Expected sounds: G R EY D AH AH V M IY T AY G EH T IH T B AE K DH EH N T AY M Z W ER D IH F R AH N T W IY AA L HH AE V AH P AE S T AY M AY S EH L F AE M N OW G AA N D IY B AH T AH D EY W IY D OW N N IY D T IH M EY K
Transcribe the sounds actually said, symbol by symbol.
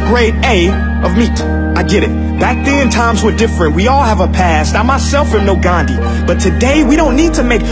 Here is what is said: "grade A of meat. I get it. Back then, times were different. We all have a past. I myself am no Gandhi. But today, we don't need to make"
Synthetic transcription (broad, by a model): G R EY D AH AH V M IY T AY G EH T IH T B AE K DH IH N T AY M Z W ER D IH F R AH N T W IY AA L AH V AH P AE S T AY M AY S EH L F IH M N OW G AA N D IY B AH T AH D EY W IY D OW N N IY D T IH M EY K